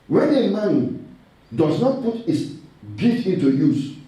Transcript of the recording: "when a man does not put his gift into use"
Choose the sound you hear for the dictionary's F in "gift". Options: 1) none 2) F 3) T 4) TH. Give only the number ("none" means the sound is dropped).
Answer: 1